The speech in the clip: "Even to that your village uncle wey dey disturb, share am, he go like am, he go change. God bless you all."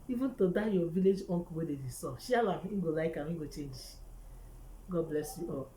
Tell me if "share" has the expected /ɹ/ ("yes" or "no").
no